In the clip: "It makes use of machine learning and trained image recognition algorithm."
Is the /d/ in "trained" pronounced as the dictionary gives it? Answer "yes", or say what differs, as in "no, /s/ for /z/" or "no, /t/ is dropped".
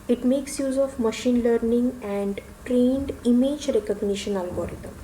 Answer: yes